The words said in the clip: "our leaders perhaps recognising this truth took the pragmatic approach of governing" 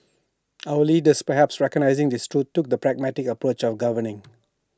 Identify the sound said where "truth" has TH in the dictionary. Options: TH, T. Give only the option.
T